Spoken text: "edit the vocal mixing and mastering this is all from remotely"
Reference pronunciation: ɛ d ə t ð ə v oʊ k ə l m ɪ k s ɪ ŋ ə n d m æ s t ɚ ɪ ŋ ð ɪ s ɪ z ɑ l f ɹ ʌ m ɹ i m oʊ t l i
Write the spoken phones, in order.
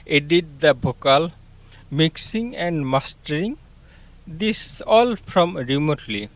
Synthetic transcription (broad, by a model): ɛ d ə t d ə b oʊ k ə l m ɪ k s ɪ ŋ ə n d m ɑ s t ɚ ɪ ŋ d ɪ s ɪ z ɑ l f ɹ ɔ m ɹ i m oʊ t l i